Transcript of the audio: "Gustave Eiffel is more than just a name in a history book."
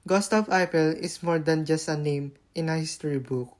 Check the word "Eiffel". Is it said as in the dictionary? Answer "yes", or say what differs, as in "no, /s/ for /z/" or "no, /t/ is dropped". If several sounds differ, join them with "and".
no, /p/ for /f/